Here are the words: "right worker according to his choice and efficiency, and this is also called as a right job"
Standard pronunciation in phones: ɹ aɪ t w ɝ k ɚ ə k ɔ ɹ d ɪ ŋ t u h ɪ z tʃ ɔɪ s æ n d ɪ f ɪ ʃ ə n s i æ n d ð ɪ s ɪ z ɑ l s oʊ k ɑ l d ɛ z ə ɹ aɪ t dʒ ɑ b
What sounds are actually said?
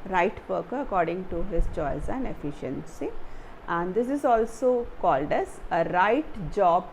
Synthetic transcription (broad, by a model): ɹ aɪ t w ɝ k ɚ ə k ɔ ɹ d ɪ ŋ t u h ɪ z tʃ ɔɪ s æ n d ɪ f ɪ ʃ ə n s i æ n d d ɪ s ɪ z ɑ l s oʊ k ɑ l d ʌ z ə ɹ aɪ t dʒ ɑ b